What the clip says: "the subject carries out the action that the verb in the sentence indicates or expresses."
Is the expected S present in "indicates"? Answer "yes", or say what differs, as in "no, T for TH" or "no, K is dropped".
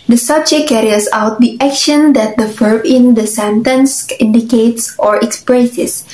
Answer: yes